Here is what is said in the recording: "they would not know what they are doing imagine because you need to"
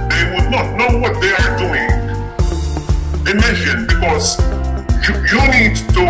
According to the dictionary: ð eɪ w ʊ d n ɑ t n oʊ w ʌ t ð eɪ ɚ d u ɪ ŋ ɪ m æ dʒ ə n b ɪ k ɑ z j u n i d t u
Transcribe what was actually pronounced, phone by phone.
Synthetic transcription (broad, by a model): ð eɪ w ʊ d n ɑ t n oʊ w ʌ t ð eɪ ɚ d u ɪ ŋ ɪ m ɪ ʃ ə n b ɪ k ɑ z j u n i d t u